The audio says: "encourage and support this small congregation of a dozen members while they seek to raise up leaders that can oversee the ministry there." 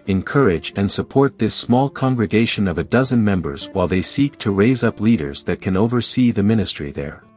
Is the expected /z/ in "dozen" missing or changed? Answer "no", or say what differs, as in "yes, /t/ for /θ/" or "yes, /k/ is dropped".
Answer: no